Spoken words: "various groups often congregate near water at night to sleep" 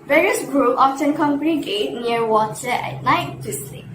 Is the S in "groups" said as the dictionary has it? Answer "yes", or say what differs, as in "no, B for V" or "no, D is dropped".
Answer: no, S is dropped